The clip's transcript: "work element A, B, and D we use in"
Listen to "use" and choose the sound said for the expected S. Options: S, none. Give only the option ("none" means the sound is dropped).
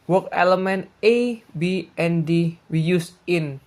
S